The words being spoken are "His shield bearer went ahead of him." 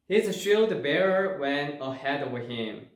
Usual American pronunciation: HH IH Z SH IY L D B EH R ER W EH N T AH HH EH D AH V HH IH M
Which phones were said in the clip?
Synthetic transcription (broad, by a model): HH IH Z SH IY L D B EH R ER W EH N AH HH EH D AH W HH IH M